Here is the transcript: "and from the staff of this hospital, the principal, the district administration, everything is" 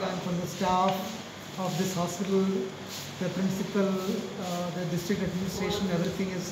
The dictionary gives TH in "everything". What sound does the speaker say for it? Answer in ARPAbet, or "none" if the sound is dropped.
T